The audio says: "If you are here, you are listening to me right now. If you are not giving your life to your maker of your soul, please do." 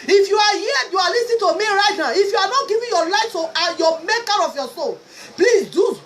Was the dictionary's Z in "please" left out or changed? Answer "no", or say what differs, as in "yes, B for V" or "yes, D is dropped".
yes, S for Z